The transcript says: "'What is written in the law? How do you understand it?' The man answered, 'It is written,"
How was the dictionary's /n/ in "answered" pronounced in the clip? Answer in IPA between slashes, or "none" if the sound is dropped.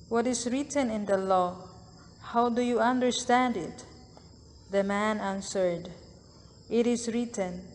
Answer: /n/